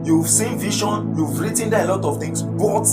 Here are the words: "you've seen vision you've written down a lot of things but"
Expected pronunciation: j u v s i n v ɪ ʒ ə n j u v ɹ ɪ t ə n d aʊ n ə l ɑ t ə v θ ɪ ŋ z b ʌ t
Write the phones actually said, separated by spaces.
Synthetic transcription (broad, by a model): j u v s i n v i ʃ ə n j u v ɹ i t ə n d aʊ ə l ɑ t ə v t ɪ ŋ s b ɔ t